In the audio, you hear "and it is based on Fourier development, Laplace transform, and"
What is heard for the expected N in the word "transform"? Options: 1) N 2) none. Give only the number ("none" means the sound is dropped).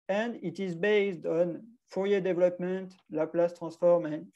2